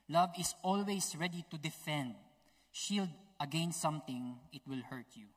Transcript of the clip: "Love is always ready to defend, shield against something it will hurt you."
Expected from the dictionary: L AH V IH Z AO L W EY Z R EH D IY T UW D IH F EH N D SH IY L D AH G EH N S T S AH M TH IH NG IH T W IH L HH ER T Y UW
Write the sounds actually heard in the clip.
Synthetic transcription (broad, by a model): L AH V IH S AO L W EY S R EH D IY T UW D IH F EH N D SH IY L D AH G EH N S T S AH M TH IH NG IH T W IH L HH ER T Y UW